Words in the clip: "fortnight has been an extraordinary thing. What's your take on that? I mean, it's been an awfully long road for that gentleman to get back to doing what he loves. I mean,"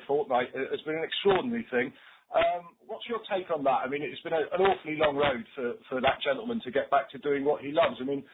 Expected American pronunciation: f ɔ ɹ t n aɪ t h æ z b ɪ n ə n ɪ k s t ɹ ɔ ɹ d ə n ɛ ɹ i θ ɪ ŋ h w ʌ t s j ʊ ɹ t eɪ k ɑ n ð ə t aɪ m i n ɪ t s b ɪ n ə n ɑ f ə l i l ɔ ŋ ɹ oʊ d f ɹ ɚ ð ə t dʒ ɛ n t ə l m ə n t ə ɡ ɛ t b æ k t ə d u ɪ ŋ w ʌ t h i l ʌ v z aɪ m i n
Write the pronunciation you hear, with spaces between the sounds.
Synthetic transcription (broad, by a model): f ɔ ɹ t n aɪ t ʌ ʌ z b ɪ n ə n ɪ k s t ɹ ɔ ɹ d n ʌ ɹ i θ ɪ ŋ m w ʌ t s j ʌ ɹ t eɪ k n ð ə t aɪ m i n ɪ t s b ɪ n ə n ɑ f ə l i l ɔ ŋ ɹ oʊ d f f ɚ ð ə t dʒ ɛ n t l m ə n t ə ɡ ɛ t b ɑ k t ə d u ɪ ŋ w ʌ t h i l ʌ v z aɪ m i n